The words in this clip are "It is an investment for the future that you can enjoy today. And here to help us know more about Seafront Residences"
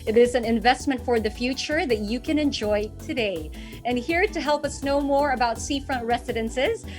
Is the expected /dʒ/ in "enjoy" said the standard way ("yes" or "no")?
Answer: yes